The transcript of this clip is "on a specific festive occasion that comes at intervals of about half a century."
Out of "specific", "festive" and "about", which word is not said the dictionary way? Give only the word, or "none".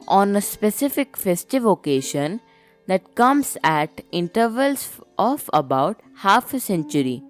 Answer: none